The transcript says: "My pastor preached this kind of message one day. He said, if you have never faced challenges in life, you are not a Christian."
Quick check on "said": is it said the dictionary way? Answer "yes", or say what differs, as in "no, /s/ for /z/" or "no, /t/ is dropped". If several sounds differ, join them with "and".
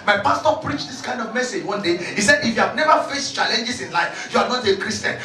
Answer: yes